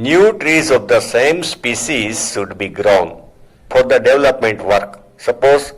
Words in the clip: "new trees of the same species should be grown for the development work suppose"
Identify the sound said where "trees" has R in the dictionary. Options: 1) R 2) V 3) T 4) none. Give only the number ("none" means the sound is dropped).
1